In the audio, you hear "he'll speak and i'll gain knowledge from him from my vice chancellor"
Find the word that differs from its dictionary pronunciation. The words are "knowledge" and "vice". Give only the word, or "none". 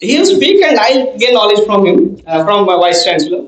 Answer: vice